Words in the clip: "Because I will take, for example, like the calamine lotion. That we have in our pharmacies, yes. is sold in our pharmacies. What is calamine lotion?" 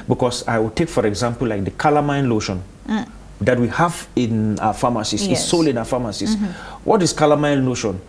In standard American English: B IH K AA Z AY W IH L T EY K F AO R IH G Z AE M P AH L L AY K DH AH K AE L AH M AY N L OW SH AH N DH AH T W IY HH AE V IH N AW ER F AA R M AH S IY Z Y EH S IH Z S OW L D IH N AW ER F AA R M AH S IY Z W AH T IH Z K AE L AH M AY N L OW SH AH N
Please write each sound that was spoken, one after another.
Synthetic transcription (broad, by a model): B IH K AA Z AY W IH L T EY K F AO R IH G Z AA M P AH L L AY K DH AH K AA L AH M AY N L OW SH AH N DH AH T W IY HH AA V IH N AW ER F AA M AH S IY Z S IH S OW L IH N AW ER F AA M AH S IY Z W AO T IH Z K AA L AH M AY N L OW SH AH N